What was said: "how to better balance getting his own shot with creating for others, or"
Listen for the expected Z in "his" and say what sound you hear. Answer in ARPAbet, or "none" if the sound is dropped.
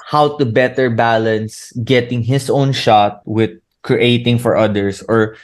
S